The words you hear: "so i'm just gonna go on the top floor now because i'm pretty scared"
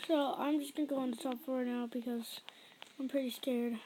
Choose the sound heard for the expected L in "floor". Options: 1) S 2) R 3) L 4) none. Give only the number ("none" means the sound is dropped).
4